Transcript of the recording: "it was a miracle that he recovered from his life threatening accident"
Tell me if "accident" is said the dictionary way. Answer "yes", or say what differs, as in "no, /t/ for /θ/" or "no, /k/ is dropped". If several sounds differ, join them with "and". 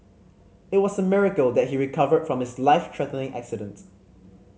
yes